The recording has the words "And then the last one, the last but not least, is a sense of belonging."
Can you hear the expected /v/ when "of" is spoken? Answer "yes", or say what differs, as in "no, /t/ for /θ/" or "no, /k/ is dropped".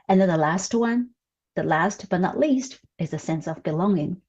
yes